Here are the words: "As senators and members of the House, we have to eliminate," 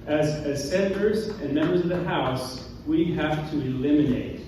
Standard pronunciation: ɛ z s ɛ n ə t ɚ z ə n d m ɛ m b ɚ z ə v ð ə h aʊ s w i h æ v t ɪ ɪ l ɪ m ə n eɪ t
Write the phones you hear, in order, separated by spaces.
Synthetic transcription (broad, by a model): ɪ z s ɛ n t ɚ z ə n m ɛ m b ɚ z ə v ð ə h aʊ s w i h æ f t ɪ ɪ l ɪ m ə n eɪ t